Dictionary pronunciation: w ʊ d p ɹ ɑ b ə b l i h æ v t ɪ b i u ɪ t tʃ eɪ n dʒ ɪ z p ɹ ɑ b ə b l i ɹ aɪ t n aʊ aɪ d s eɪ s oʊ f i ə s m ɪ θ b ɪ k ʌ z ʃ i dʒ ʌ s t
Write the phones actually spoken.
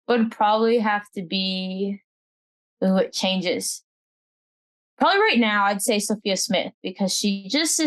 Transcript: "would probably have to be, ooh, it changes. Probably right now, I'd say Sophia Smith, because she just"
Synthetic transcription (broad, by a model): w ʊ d p ɹ ɑ b ə b l i h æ f t ɪ b i u ɪ t tʃ eɪ n dʒ ɪ z p ɹ ɑ b ə b l i ɹ aɪ t n aʊ aɪ d s eɪ s oʊ f i ə s m ɪ θ b ɪ k ʌ z ʃ i dʒ ʌ s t